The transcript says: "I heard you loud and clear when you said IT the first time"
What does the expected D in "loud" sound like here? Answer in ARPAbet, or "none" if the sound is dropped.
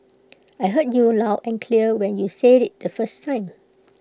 none